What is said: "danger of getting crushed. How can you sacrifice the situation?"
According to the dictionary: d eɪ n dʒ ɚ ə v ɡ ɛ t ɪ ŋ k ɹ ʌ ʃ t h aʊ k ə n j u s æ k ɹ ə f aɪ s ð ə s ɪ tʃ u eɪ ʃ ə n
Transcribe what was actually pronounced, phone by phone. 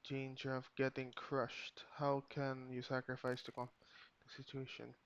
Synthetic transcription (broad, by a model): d eɪ n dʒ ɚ ə v ɡ ɛ t ɪ ŋ k ɹ ʌ ʃ t h aʊ k ə n j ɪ s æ k ɹ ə f aɪ s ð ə s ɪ tʃ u eɪ ʃ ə n